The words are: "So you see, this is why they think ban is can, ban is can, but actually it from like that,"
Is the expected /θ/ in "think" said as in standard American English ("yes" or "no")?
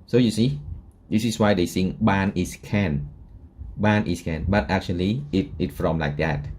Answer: no